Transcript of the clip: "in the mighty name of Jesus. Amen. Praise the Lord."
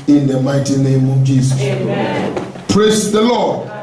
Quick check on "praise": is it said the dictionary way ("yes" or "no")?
no